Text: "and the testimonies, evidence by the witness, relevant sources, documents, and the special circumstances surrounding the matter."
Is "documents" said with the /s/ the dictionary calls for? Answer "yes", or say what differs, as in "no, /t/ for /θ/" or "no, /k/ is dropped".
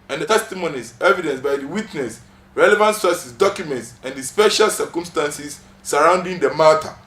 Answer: yes